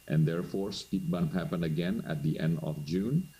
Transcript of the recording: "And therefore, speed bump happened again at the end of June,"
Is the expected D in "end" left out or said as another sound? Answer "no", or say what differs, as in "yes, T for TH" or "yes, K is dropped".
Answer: no